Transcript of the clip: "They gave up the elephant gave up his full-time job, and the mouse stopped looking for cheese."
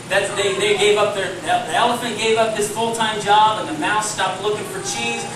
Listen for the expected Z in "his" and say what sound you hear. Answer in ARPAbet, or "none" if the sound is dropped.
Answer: S